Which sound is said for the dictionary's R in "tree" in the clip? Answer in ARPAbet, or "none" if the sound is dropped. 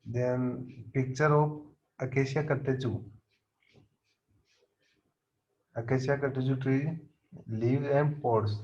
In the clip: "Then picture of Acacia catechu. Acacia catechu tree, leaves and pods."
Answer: R